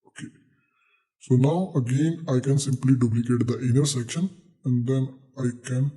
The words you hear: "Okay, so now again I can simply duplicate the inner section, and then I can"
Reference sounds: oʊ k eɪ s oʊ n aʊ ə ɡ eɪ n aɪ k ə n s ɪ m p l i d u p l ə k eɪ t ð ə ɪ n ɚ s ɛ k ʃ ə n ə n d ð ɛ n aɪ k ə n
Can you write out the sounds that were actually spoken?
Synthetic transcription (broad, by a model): oʊ k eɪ s oʊ n aʊ ə ɡ eɪ n aɪ k ə n s ɪ m p l i d u p l ə k eɪ t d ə ɪ n ɚ s ɛ k ʃ ə n ə n d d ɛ n aɪ k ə n